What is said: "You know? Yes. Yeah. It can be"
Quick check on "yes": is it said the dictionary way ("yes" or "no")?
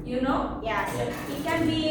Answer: no